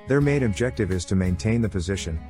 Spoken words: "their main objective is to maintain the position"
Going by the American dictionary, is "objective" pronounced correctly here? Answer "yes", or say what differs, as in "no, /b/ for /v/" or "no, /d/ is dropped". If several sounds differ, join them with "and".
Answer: yes